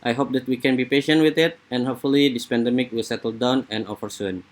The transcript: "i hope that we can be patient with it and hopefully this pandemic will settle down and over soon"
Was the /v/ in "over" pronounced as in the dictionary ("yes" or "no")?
no